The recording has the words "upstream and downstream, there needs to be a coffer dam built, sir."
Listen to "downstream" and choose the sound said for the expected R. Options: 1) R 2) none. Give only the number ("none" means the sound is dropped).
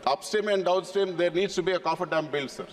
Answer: 2